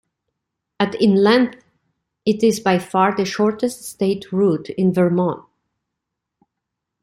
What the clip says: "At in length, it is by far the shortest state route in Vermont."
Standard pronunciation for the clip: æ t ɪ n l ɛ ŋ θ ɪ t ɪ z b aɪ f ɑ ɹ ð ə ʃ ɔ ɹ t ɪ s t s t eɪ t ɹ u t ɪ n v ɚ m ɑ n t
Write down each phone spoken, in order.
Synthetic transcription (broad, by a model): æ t ɪ n l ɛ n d ɪ t ɪ z b aɪ f ɑ ɹ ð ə ʃ ɔ ɹ t ɪ s t s t eɪ t ɹ u t ɪ n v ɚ m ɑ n